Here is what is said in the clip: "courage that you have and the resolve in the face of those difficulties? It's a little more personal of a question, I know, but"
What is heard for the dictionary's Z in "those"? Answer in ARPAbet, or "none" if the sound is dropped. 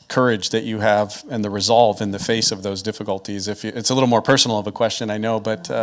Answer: Z